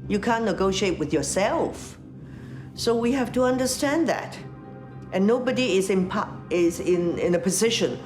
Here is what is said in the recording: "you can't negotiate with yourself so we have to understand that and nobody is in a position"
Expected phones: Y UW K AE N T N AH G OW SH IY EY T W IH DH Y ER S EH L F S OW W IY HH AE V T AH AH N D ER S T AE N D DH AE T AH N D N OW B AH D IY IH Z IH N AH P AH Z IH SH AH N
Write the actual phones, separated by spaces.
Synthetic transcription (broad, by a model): Y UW K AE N N AH G OW SH IY EY T W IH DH Y ER S EH L F S OW W IY HH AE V T AH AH N D ER S T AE N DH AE T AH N N OW B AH D IY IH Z IH N AH P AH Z IH SH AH N